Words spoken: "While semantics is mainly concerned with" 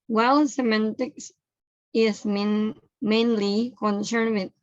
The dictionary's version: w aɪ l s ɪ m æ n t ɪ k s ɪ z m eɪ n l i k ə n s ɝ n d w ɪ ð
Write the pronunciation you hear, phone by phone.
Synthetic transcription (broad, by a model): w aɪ l s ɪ m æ n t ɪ k s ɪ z m eɪ n l i k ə n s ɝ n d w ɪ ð